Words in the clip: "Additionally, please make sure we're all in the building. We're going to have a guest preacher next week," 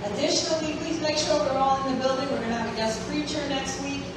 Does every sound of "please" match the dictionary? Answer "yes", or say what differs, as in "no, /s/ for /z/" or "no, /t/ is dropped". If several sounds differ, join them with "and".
yes